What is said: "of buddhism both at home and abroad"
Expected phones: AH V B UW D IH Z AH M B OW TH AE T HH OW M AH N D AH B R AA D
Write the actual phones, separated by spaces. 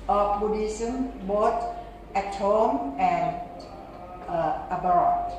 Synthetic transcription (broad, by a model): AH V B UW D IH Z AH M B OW T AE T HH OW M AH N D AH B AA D